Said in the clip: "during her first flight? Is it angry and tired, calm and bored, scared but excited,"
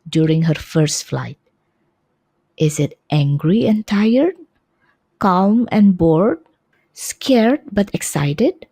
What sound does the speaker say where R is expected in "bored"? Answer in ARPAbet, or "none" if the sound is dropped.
R